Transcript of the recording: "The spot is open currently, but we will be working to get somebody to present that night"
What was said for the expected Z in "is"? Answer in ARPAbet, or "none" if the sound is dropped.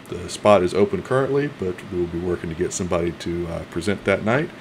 Z